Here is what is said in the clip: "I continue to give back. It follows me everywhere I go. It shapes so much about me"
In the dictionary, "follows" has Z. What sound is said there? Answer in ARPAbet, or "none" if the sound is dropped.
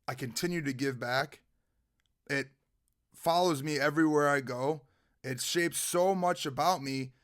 Z